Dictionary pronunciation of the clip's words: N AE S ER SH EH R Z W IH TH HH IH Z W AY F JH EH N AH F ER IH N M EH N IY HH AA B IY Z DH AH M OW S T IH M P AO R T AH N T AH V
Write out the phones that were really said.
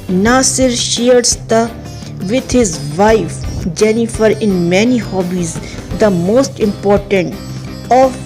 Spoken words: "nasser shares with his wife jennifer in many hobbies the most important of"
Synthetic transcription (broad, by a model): N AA S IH SH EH R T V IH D HH IH Z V AY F JH EH N AH F ER IH N M EH N IY HH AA B IY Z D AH M OW S T IH M P AO R T AH N T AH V